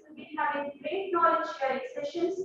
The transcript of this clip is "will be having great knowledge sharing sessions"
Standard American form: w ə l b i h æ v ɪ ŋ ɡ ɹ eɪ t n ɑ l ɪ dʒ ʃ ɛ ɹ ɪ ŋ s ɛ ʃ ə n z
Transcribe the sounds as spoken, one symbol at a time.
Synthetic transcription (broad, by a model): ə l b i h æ ɪ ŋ ɡ ɹ eɪ t n ɑ l ɪ dʒ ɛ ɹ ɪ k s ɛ ʃ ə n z